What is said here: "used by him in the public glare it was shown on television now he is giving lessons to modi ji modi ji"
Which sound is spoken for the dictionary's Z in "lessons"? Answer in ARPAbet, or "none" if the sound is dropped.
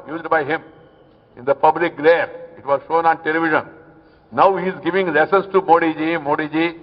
S